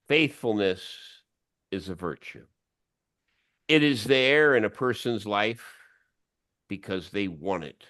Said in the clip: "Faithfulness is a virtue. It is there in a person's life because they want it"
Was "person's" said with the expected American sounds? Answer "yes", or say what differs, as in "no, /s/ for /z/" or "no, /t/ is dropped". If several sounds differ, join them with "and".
yes